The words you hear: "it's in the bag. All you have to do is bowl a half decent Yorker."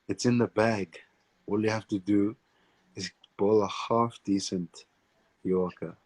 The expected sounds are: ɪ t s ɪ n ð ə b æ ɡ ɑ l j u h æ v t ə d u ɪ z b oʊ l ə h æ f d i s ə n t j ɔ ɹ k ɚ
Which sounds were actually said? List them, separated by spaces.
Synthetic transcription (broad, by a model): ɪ t s ɪ n ð ə b æ ɡ ɑ l j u h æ f t ə d u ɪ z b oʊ l ə h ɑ f d i s ə n t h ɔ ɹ k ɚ